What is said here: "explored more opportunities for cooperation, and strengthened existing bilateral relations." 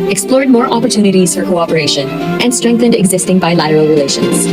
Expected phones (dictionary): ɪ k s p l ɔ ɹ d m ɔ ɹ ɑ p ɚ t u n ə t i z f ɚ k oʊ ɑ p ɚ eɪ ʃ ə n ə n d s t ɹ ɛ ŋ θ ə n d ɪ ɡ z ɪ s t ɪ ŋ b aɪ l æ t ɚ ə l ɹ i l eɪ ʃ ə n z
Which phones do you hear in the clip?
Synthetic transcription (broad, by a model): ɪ k s p l ɔ ɹ d m ɔ ɹ ɑ p ɚ t u n ə t i z f ɚ k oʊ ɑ p ɚ eɪ ʃ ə n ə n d s t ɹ ɛ ŋ θ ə n d ɪ ɡ z ɪ s t ɪ ŋ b aɪ l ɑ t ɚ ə l ɹ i l eɪ ʃ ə n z